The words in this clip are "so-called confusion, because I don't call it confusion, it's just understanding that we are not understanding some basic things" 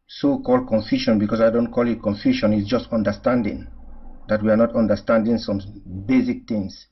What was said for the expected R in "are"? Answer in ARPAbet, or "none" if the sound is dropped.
R